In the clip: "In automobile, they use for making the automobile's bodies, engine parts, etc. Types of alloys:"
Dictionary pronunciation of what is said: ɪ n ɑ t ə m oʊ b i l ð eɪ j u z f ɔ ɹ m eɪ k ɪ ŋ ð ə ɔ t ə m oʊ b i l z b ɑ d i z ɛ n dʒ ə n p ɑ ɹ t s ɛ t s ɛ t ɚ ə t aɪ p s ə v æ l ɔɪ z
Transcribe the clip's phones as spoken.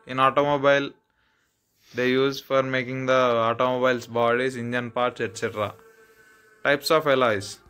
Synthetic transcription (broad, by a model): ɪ n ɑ t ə m oʊ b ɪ l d eɪ j u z f ɔ ɹ m eɪ k ɪ ŋ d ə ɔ t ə m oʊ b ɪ l s b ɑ d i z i n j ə n p ɑ ɹ t s ɛ t s ɛ t ɚ ə t aɪ p s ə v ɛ l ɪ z